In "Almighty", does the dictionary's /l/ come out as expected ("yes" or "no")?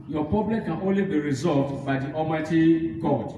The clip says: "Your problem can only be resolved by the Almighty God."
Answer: no